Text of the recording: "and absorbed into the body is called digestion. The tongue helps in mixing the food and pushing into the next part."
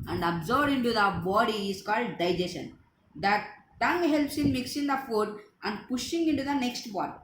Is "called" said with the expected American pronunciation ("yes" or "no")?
yes